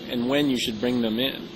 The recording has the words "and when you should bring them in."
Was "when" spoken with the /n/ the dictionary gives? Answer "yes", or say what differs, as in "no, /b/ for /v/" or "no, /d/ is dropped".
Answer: yes